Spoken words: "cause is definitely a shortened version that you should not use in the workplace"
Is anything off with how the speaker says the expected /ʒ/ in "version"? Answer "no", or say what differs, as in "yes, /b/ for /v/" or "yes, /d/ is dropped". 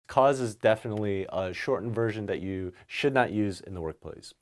no